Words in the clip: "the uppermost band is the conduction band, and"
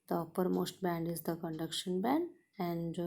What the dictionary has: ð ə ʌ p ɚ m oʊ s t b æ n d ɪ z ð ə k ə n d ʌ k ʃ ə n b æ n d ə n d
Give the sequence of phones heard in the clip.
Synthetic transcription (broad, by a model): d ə ʌ p ɚ m oʊ s t b æ n d ɪ z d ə k ə n d ʌ k ʃ ə n b æ n d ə n d